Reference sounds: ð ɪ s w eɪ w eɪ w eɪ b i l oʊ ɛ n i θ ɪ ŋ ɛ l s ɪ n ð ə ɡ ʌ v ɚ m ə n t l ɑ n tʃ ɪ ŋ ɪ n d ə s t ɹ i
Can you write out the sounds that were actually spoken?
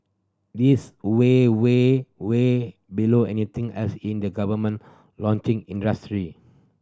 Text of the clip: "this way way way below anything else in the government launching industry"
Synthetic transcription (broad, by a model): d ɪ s w eɪ w eɪ w eɪ b i l oʊ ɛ n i t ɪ ŋ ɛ s ɪ n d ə ɡ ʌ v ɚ m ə n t l ɑ n tʃ ɪ ŋ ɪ n d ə s t ɹ i